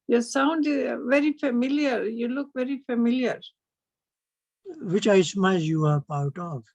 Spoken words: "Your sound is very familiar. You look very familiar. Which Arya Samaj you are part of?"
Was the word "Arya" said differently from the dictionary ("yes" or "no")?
yes